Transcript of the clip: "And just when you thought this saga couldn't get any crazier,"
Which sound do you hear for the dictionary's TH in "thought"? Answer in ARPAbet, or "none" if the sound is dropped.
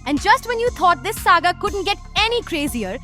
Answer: T